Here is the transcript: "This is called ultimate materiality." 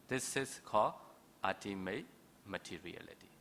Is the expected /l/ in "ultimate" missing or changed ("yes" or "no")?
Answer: yes